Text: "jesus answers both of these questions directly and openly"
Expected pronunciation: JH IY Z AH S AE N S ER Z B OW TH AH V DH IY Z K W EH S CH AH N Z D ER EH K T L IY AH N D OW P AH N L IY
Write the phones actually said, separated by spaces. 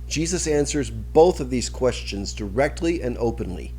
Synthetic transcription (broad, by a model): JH IY Z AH S AE N S ER Z B OW TH AH V DH IY Z K W EH S CH AH N Z D ER EH K T L IY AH N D OW P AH N L IY